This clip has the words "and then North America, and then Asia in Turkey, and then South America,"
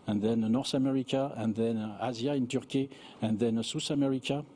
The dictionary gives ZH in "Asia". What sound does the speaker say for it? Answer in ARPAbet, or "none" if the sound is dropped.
Z